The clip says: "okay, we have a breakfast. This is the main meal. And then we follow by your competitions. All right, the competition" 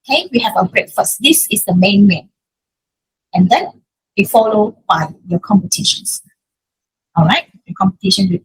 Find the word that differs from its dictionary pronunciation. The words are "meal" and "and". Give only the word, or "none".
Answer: meal